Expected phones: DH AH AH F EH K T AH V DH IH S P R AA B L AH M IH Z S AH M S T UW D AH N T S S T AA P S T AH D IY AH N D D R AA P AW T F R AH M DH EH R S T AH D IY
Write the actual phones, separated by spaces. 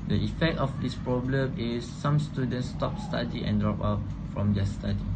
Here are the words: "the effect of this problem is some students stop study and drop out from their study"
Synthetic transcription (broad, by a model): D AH AH F EH K T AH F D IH S P R AA B L AH M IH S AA M S T UW D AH N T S S T AA P S T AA D IY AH N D D R AA P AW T F R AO M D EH S T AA D IY